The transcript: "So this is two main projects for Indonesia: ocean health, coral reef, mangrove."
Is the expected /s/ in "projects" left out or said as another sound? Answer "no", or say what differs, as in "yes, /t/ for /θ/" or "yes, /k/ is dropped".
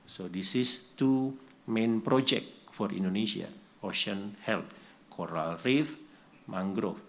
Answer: yes, /s/ is dropped